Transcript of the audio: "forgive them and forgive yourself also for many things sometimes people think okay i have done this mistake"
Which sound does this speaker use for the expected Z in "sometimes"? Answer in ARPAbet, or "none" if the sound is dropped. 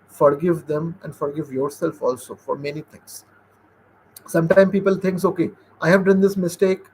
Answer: none